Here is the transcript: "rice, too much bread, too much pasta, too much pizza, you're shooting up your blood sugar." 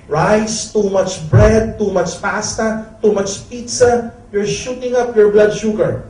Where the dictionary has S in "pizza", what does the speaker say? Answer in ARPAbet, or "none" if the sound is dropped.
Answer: S